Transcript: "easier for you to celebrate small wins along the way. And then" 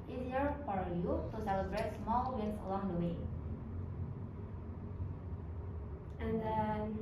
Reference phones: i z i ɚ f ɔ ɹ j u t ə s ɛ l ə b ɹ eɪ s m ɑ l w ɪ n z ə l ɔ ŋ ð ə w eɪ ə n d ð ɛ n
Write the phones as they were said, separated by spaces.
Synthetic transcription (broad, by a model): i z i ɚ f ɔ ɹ j u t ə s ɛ w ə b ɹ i s m ɑ l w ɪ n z ə l ɔ ŋ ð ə w eɪ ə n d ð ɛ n